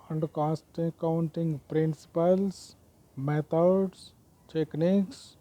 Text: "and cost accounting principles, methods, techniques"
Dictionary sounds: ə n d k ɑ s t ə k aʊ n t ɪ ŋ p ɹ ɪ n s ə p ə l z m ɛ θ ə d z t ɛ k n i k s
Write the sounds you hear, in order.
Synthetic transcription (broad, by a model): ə n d k ɑ s t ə k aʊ n t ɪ ŋ p ɹ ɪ n s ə p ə l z m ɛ t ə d s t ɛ k n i k s